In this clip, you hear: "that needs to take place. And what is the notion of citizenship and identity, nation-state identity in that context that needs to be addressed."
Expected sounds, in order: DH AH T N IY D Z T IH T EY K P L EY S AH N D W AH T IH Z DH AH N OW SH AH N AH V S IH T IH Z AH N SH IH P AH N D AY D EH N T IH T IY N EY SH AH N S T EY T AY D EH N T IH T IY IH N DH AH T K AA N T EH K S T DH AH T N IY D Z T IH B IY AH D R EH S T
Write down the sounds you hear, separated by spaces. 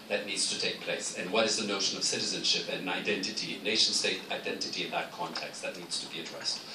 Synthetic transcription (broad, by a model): DH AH T N IY D Z T IH T EY K P L EY S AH N W AH T IH Z DH AH N OW SH AH N AH V S IH T IH Z AH N SH IH P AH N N AY D EH N T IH T IY N EY SH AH N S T EY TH AY D EH N T IH T IY IH N DH AH T K AA N T EH K S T DH AH T N IY D Z T IH B IY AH D R EH S T